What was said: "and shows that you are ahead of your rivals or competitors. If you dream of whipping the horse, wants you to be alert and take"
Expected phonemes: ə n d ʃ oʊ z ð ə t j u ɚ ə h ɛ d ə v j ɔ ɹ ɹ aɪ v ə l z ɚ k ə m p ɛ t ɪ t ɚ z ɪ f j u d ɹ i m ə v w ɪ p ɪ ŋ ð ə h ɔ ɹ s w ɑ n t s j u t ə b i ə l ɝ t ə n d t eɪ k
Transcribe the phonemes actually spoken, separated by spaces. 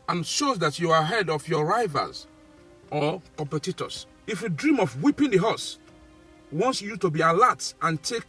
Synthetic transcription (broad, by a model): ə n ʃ oʊ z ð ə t j u ə h ɛ d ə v j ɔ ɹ ɹ aɪ v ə z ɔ k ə m p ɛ t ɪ t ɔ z ɪ f j u d ɹ i m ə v w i p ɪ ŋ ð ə h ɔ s w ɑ n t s j u t ə b i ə l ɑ t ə n t eɪ k